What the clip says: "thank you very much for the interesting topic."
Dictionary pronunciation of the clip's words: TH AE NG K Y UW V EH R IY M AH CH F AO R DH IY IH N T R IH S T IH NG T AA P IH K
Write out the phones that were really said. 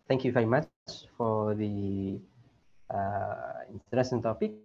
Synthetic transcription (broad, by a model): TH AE NG K Y UW V EH R IY M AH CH F AO R DH IY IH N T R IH S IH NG T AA P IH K